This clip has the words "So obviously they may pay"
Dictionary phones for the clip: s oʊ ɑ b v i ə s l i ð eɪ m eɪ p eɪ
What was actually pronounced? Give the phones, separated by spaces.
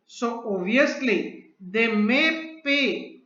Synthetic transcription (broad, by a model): s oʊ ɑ v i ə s l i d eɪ m eɪ p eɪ